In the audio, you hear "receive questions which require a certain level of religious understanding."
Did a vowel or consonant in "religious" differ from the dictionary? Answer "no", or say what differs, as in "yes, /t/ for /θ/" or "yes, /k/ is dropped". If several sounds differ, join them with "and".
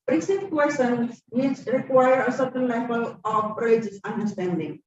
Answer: yes, /l/ is dropped